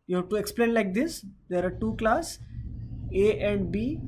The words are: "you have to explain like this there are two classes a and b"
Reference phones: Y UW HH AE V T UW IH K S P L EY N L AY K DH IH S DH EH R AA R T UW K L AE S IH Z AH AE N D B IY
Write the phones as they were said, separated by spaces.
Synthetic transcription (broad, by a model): Y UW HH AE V T UW IH K S P L EY N L AY K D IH S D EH R AA R T UW K L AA S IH AH N D B IY